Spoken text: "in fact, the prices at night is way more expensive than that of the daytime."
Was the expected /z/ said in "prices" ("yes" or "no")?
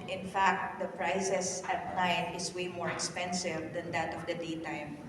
no